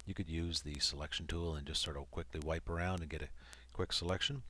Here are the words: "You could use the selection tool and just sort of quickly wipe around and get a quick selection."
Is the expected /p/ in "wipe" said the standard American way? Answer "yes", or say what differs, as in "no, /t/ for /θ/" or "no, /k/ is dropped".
yes